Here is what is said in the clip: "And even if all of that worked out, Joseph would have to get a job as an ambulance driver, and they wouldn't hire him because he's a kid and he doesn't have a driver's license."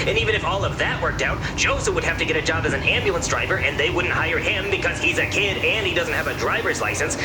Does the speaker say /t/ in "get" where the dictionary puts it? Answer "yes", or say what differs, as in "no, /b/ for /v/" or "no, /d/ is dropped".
yes